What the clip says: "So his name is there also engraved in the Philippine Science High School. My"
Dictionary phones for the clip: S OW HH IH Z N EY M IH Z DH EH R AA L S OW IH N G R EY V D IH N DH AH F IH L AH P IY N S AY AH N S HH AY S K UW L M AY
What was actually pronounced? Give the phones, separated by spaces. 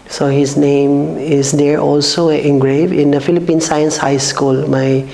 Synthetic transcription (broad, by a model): S OW HH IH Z N EY M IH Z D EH R AA L S OW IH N G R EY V IH N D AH F IH L AH P IY N S AY AH N S HH AY S K UW L M AY